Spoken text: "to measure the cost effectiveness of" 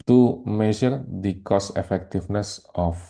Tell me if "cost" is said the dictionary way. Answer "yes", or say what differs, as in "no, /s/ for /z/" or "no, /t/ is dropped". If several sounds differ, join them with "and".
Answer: no, /t/ is dropped